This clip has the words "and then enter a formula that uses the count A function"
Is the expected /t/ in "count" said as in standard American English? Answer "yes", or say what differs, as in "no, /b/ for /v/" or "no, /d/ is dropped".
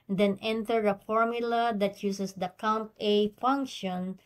yes